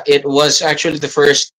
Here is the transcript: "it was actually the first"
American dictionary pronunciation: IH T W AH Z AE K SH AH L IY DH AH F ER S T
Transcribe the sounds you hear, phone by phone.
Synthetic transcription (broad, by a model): IH T W AH Z AE K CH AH L IY DH AH F ER S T